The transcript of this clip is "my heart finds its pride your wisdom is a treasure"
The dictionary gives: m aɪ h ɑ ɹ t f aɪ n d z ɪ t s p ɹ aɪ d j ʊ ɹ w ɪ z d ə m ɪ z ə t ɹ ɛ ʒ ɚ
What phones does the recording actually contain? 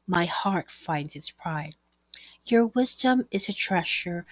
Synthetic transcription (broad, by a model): m aɪ h ɑ ɹ t f aɪ n d z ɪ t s p ɹ aɪ d j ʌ ɹ w ɪ z d ə m ɪ z ə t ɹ ɛ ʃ ɚ